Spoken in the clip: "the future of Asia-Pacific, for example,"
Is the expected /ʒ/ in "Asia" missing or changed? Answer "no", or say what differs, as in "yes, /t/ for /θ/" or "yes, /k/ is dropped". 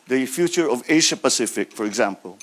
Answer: yes, /ʃ/ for /ʒ/